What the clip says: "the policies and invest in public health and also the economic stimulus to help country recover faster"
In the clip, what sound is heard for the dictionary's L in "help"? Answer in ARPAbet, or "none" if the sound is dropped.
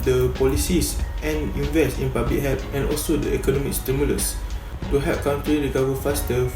none